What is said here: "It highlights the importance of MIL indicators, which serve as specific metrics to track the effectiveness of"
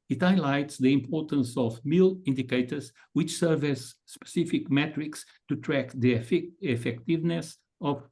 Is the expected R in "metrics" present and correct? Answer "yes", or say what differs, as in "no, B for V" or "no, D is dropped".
yes